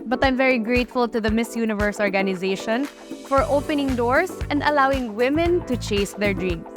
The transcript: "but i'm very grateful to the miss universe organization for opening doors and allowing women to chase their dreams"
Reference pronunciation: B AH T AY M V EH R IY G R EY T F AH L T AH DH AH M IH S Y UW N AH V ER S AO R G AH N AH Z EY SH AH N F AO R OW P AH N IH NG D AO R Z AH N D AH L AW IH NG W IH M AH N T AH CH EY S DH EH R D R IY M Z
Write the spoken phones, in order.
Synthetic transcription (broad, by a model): B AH T AY M V EH R IY G R EY T F AH L T AH DH AH M IH S Y UW N AH V ER S AO R G AH N AH Z EY SH AH N F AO R OW P AH N IH NG D AO R S AH N D AH L AW IH NG W IH M AH N T AH CH EY S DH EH R D R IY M